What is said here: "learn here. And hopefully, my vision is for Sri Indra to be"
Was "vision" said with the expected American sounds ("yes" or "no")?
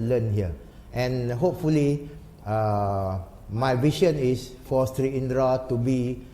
no